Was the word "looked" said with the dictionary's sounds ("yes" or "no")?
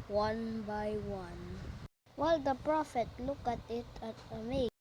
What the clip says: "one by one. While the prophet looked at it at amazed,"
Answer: no